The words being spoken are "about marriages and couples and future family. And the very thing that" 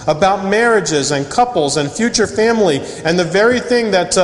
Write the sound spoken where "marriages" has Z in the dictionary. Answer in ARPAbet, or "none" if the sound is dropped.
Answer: Z